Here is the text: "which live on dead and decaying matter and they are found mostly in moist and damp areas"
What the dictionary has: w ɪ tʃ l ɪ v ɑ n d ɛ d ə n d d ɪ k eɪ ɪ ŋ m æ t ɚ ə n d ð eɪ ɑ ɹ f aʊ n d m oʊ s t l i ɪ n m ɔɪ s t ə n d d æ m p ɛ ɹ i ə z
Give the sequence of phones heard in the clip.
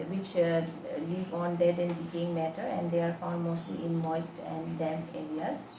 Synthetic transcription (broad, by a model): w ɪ tʃ l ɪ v ɑ n d ɛ d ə n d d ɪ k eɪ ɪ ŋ m æ t ɚ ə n d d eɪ ɑ ɹ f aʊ d m oʊ s t l i ɪ n m ɔɪ s t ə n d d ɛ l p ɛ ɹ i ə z